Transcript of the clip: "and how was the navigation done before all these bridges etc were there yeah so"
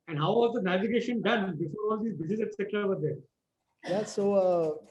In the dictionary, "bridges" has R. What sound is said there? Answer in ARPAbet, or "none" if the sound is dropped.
none